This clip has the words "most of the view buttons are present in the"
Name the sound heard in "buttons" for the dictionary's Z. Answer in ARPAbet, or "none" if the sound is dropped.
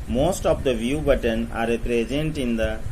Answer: none